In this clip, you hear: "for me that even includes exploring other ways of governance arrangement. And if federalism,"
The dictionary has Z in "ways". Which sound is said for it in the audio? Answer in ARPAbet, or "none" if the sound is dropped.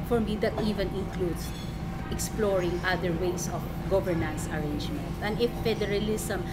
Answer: S